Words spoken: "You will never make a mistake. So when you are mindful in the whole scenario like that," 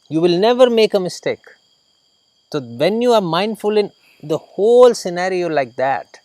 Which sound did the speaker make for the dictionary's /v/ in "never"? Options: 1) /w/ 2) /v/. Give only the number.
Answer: 2